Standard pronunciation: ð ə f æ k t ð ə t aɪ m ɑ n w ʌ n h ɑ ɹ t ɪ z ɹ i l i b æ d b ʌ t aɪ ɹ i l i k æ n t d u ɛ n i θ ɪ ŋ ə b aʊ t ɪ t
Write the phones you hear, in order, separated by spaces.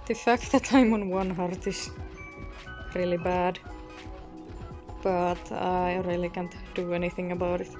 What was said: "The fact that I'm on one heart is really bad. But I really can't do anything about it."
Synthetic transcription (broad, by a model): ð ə f æ k t ð ə t aɪ m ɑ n w ʌ n h ɑ ɹ t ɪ s ɹ i l i b æ d b ʌ t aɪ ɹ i l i k æ n t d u ɛ n i θ ɪ ŋ ə b aʊ t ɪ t